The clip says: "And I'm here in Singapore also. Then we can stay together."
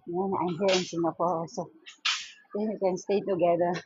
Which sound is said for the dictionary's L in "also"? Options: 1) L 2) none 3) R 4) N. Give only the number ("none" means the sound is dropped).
2